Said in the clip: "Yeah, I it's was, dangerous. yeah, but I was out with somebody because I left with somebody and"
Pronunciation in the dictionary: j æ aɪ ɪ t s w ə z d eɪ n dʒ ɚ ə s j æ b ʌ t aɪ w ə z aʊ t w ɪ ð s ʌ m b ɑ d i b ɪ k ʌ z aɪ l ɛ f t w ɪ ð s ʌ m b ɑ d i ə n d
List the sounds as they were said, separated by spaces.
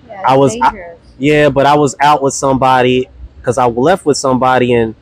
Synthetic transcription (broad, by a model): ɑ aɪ ɪ w ə z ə j æ b ʌ t aɪ w ə z aʊ t w ɪ ð s ʌ m b ɑ d i k ʌ z aɪ l ɛ f t w ɪ ð s ʌ m b ɑ d i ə n